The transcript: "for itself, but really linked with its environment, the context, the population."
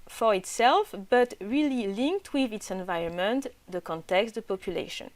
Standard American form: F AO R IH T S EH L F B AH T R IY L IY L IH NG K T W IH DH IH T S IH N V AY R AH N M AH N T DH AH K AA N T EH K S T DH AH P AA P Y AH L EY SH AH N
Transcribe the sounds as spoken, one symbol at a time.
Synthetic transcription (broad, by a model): F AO R IH T S EH L F B AH T R IY L IY L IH NG K T W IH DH IH T S IH N V AY R AH N M AH N T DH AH K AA N T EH K S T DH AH P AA P Y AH L EY SH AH N